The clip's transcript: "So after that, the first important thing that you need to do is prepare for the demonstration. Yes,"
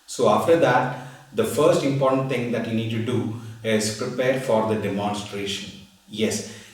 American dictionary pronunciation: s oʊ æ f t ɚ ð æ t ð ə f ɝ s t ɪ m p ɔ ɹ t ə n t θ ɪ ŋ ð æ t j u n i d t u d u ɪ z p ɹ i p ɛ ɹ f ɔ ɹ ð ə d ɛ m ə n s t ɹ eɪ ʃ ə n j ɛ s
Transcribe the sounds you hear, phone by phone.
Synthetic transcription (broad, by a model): s oʊ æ f t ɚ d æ t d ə f ɝ s t ɪ m p ɔ ɹ t ə n t t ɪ ŋ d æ t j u n i d t u d u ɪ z p ɹ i p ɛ ɹ f ɔ ɹ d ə d ɛ m ə n s t ɹ eɪ ʃ ə n j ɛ s